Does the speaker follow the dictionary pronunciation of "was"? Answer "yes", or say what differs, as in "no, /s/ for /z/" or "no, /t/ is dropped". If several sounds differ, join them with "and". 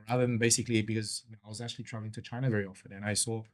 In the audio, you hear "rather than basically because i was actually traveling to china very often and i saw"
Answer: yes